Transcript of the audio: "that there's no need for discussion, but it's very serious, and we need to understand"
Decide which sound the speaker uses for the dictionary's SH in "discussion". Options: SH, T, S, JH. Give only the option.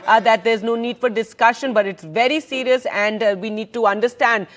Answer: SH